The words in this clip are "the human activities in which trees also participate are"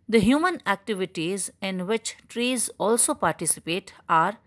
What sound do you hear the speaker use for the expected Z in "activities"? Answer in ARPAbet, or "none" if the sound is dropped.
Z